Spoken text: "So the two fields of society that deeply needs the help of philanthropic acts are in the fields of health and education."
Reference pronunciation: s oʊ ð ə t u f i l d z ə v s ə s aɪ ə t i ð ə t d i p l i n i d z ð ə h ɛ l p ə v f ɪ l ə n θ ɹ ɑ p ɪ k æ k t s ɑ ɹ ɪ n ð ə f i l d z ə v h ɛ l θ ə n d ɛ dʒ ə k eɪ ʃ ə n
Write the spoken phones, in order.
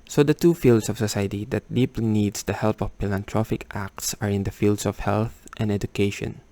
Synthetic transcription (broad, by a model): s oʊ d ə t u f i l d s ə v s ə s aɪ ə t i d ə t d i p l i n i d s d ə h ɛ l p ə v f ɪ l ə n t ɹ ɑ f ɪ k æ k t s ɑ ɹ ɪ n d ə f i l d s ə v h ɛ l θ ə n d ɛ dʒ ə k eɪ ʃ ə n